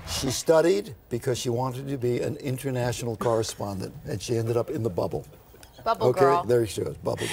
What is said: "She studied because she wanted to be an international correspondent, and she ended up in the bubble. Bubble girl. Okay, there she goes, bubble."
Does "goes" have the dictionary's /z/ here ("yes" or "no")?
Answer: no